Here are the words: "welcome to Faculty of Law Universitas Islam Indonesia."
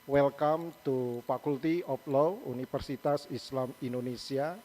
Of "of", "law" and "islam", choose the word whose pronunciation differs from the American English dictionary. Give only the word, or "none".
of